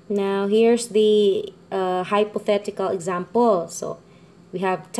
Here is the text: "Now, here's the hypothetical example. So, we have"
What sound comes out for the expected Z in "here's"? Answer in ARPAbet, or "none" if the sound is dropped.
S